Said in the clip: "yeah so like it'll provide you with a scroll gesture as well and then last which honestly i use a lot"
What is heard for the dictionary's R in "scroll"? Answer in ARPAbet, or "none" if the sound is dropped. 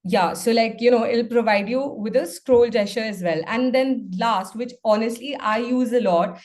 R